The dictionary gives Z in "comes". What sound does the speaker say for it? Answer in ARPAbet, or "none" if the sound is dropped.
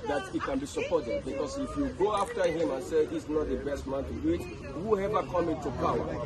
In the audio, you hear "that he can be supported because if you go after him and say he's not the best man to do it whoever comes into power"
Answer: none